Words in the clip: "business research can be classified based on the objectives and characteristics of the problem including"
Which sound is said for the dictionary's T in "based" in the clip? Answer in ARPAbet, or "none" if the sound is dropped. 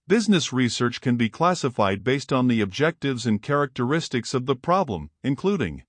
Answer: T